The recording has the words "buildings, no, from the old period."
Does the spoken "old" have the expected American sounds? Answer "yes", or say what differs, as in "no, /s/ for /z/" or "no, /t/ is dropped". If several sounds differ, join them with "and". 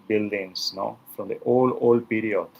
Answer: yes